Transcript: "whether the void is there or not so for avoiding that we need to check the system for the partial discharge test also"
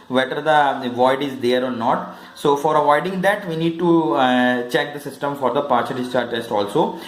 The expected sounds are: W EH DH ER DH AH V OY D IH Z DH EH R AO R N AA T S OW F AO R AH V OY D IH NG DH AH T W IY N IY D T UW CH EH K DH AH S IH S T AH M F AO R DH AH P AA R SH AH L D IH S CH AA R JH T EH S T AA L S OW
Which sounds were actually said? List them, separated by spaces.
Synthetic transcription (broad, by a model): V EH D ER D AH V OY D IH Z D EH R AO R N AA T S OW F AO R AH V OY D IH NG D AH T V IY N IY D T UW CH EH K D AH S IH S T AH M F AO R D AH P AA R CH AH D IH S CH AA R T EH S T AA L S OW